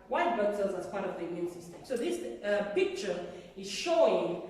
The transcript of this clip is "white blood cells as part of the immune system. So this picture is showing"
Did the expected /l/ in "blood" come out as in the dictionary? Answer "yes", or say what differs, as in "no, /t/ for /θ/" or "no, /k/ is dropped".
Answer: no, /l/ is dropped